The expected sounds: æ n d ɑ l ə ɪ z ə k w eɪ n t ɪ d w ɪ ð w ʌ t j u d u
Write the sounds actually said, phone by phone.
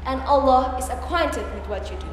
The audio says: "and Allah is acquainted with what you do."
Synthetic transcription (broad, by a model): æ n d ɑ l ə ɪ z ə k w eɪ n t ɪ d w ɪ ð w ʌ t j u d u